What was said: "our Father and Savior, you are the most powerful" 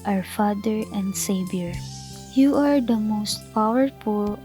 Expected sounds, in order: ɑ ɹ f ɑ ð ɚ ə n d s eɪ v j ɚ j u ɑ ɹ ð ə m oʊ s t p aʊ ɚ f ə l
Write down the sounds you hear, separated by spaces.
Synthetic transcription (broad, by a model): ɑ ɹ f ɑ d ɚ ə n d s eɪ b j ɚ j u ɑ ɹ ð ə m oʊ s t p aʊ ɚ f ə l